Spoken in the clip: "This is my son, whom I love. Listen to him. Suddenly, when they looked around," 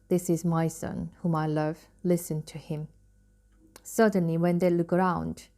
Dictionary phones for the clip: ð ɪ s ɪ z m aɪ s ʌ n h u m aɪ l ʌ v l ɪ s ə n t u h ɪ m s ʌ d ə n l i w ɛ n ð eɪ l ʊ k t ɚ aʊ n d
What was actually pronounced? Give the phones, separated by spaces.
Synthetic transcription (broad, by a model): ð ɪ s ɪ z m aɪ s ʌ n h u m aɪ l ʌ v l ɪ s ə n t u h ɪ m s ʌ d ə n l i w ɛ n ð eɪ l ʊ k ɚ aʊ n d